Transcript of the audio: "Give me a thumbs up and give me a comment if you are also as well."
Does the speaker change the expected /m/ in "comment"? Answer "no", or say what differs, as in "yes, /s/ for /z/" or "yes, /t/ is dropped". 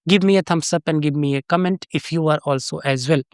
no